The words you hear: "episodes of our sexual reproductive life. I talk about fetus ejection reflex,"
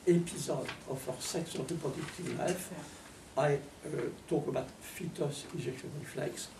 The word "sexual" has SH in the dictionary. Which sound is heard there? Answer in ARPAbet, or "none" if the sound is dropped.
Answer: S